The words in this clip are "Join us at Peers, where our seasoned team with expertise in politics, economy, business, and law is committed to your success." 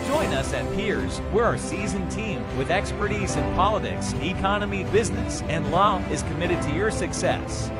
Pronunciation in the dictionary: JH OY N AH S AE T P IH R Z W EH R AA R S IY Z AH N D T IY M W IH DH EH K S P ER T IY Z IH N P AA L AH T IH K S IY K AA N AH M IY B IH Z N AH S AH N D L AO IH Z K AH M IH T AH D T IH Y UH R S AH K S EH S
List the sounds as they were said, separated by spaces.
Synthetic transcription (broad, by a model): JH OY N AH S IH T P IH R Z W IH R AA R S IY Z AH N T IY M W IH DH EH K S P ER T IY Z IH N P AA L AH T IH K S IY K AA N AH M IY B IH Z N AH S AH N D L AO IH Z K AH M IH T AH D T IH Y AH R S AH K S EH S